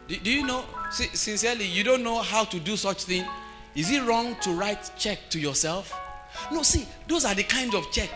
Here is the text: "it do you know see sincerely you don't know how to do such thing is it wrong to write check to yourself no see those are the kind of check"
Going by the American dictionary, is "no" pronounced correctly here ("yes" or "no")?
no